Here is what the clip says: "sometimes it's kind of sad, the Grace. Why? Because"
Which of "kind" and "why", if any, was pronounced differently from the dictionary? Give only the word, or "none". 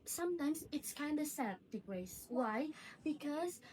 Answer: none